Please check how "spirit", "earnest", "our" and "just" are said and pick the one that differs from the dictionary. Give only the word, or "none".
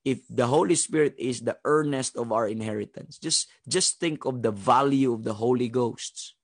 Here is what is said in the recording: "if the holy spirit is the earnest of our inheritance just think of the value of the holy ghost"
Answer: none